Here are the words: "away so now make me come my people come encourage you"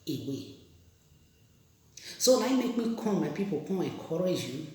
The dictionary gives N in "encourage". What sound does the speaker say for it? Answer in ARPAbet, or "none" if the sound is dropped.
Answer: none